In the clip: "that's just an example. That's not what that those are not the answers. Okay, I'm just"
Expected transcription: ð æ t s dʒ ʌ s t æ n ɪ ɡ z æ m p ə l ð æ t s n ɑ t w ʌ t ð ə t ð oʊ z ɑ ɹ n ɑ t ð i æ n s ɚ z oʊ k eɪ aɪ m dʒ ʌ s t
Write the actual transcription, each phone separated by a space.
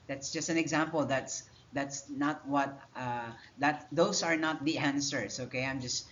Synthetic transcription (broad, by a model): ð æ t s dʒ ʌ s t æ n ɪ ɡ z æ m p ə l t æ t s n ɑ t w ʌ t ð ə t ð oʊ s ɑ ɹ n ɑ t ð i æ n s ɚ s oʊ k eɪ aɪ m dʒ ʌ s t